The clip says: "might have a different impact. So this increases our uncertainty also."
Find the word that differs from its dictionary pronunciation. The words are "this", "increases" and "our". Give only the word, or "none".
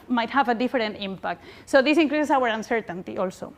increases